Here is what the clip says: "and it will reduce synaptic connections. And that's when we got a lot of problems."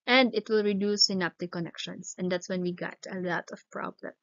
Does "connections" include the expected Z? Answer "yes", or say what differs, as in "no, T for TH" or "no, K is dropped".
no, S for Z